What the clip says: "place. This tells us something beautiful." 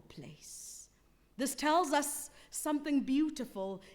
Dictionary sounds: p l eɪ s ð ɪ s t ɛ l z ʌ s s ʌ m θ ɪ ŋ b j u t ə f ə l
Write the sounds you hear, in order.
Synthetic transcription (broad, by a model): p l eɪ s ð ɪ s t ɛ l z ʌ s s ʌ m θ ɪ ŋ b j u t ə f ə l